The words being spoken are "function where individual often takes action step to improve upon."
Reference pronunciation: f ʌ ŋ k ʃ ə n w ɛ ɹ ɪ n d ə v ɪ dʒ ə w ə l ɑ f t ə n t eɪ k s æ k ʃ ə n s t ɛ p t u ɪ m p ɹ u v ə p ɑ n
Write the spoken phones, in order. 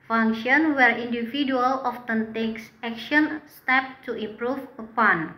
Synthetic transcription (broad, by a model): f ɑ ŋ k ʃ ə n w ɛ ɹ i n d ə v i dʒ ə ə l ɑ f t ə n t eɪ k s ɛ k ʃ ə n s t ɛ p t u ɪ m p ɹ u f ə p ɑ n